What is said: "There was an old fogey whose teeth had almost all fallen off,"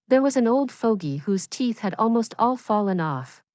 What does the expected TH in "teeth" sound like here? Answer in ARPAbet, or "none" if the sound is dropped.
TH